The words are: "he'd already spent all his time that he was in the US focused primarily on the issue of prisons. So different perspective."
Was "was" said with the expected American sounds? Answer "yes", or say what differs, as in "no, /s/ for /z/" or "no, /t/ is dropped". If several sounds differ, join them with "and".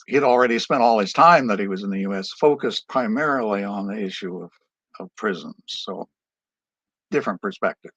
yes